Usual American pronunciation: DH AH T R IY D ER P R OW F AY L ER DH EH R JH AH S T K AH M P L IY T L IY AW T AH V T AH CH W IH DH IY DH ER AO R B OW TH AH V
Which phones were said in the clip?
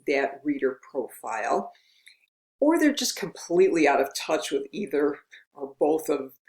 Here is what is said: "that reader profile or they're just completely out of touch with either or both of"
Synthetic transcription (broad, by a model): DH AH T R IY D ER P R OW F AY L ER DH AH R JH AH S K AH M P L IY T L IY AW T AH V T AH CH W IH DH IY DH ER R B OW TH AH V